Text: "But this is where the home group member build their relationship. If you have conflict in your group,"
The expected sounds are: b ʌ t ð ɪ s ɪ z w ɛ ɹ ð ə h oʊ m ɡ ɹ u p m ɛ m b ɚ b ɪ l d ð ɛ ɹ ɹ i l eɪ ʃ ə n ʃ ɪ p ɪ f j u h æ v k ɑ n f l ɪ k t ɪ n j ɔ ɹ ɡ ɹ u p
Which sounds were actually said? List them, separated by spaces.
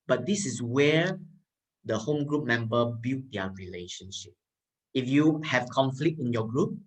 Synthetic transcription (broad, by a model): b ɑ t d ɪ s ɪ s w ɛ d ə h oʊ m ɡ ɹ u p m ɛ m b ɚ b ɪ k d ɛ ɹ ɹ i l eɪ ʃ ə n ʃ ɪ p ɪ f j u h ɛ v k ɑ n f l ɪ k t ɪ n j ɔ ɡ ɹ u p